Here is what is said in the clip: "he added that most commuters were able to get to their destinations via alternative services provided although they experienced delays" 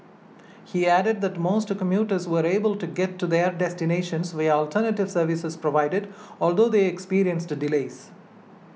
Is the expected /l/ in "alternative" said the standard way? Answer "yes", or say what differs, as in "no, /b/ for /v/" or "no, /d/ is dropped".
yes